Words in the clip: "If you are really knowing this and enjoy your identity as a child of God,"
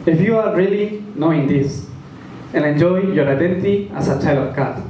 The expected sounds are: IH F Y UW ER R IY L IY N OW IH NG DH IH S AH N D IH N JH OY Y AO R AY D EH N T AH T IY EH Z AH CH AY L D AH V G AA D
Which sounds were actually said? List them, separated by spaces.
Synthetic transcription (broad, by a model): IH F Y UW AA R IY L IY N OW IH NG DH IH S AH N IH N JH OY Y AO R AY D EH N T AH T IY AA S AH CH AY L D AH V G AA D